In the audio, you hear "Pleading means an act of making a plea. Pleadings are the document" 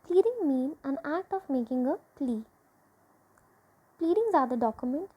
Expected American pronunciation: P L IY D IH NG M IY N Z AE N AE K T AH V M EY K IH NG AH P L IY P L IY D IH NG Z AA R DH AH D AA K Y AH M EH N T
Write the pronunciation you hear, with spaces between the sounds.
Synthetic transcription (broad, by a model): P L IY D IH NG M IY N AE N AE K T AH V M EY K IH NG AH P L IY P L IY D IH NG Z AA R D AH D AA K Y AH M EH N T